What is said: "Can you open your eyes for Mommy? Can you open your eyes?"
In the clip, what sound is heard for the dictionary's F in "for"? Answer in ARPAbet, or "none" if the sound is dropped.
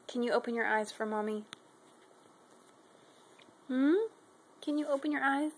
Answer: F